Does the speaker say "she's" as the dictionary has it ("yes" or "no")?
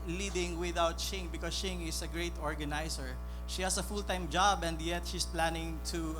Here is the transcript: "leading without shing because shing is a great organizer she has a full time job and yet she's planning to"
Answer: no